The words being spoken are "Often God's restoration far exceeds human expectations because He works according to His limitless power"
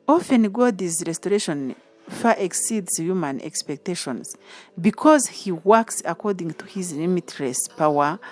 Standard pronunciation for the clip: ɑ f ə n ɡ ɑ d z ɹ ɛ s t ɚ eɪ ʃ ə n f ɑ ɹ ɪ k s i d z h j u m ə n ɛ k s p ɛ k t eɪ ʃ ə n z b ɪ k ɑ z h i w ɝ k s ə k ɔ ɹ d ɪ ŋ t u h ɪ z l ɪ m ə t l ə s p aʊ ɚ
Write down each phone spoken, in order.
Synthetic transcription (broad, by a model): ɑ f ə n ɡ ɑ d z ɹ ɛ s t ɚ eɪ ʃ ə n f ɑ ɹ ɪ k s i d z h j u m ə n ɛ k s p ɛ k t eɪ ʃ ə n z b ɪ k ɑ z h i w ɝ k s ə k ɔ ɹ d ɪ ŋ t u h ɪ z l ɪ m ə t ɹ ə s p aʊ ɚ